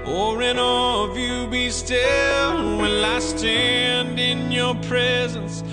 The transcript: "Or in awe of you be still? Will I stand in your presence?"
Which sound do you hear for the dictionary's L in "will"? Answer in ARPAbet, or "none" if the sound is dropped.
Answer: N